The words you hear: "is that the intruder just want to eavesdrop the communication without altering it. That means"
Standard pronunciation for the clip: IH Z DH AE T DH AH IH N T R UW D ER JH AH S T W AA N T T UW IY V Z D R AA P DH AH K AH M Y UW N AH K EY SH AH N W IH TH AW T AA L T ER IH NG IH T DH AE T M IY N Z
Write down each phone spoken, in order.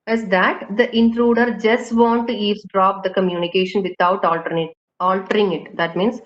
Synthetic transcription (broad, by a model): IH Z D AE T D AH IH N T R UW D ER JH AH S T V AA N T T UW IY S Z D R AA P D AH K AH M Y UW N AH K EY SH AH N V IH T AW T AA L T ER IH NG IH T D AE T M IY N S